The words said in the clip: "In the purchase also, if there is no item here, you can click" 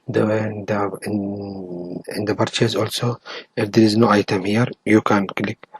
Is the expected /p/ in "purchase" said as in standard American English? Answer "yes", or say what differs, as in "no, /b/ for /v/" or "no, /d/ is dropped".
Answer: no, /b/ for /p/